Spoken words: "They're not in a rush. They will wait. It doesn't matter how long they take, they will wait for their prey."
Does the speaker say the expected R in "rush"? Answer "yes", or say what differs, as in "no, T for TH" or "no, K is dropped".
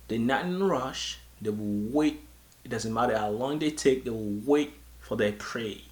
yes